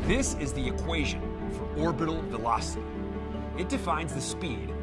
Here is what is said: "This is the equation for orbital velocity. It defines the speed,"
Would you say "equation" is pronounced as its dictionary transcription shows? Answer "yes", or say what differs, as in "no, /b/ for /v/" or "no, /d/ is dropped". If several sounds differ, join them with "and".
yes